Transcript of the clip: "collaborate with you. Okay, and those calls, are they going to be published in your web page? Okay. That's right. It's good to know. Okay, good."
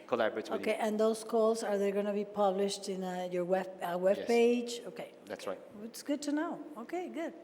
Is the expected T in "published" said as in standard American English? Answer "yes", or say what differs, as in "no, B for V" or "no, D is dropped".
yes